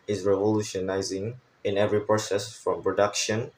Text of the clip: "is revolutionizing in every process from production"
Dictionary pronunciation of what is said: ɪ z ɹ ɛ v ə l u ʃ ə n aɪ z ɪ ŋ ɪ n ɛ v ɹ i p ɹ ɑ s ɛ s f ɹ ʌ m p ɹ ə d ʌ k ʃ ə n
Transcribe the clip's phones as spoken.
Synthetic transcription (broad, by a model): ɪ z ɹ ɛ v ə l u ʃ ə n aɪ z ɪ ŋ ɪ n ɛ v ɹ i p ɹ ɑ s ɛ s f ɹ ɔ m p ɹ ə d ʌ k ʃ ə n